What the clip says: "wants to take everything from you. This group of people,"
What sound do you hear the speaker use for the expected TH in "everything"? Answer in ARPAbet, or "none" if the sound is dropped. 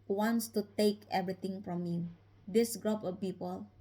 T